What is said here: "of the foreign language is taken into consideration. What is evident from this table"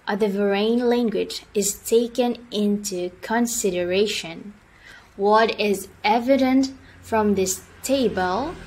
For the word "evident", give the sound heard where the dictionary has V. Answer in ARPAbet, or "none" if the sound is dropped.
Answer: V